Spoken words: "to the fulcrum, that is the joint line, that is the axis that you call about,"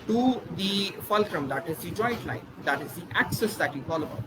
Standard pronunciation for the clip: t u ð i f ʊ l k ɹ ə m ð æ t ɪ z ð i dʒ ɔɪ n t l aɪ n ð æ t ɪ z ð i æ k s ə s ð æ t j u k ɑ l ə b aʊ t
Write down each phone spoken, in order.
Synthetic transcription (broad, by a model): t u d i f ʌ l k ɹ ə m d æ t ɪ z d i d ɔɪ t l aɪ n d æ t ɪ z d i æ k s ə s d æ t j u k ɑ l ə b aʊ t